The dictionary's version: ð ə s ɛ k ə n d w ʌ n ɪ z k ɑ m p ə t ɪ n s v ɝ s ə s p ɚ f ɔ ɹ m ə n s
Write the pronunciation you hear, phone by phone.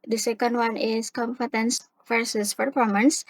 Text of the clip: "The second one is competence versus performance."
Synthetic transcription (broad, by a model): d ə s ɛ k ə n d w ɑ n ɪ s k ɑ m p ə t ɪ n s f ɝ s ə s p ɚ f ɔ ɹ m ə n s